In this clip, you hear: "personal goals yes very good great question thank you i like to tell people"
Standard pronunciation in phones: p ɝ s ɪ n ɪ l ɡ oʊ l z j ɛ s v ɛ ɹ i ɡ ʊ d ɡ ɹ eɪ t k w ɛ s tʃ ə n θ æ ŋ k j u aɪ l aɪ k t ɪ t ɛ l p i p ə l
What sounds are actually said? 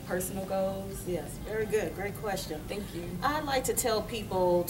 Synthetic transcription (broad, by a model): p ɝ s n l ɡ oʊ z j ɛ s v ɛ ɹ i ɡ ʊ d ɡ ɹ eɪ t k w ɛ s tʃ ə n θ æ ŋ k j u aɪ l aɪ k t ɪ t ɛ l p i p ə l